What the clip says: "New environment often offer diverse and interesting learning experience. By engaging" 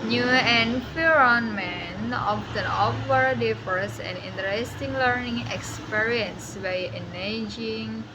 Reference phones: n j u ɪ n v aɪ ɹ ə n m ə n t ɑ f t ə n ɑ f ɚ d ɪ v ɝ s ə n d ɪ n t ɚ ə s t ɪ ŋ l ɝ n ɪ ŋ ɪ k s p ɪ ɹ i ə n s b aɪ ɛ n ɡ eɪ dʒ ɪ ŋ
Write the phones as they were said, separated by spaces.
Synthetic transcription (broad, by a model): n j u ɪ n f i ɹ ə n m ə n ɑ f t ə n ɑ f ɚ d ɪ f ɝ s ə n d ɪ n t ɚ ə s t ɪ ŋ l ɝ n ɪ ŋ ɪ k s p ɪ ɹ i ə n s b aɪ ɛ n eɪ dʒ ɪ ŋ